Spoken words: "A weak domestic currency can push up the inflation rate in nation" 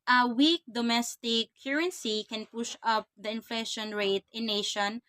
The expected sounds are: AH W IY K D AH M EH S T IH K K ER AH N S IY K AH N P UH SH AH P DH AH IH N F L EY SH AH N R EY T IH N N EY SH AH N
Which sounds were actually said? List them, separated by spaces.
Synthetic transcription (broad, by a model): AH W IY K D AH M EH S T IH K K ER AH N S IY K AH N P UH SH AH P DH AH IH N F L EY SH AH N R EY T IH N N EY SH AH N